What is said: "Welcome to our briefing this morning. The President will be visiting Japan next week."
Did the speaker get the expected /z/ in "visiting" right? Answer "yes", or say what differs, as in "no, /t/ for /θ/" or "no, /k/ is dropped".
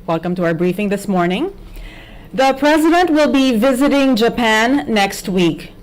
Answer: yes